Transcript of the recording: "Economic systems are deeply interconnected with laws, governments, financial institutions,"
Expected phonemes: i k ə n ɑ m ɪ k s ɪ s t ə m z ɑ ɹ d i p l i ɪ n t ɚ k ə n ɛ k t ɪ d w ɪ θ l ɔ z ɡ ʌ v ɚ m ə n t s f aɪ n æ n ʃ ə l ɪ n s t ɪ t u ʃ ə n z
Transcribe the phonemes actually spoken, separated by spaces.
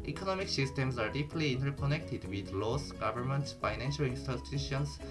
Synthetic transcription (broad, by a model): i k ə n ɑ m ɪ k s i s t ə m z ɑ ɹ d i p l i n t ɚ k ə n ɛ k t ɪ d w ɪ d l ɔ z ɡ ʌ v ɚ m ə n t f aɪ n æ n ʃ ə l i n s t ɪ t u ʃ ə n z